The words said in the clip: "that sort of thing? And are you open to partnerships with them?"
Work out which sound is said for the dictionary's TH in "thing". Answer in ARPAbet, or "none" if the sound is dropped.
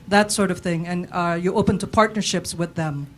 TH